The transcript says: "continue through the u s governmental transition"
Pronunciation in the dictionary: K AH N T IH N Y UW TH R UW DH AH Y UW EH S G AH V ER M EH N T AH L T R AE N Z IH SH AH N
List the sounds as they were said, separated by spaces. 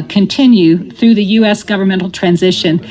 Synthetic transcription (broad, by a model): K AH N T IH N Y UW TH R UW DH AH Y UW EH S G AH V ER M EH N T L T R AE N Z IH SH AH N